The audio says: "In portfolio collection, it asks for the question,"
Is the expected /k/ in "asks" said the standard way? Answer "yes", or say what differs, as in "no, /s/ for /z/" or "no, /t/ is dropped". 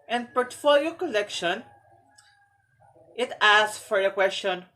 no, /k/ is dropped